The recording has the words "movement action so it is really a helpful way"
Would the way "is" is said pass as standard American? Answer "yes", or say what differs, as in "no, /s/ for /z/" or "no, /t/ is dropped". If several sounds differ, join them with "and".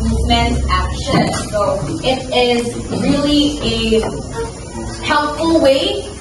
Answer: yes